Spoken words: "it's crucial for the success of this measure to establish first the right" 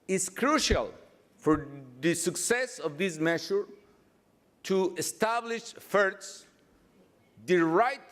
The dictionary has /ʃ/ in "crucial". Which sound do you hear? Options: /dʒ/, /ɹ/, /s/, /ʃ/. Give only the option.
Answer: /ʃ/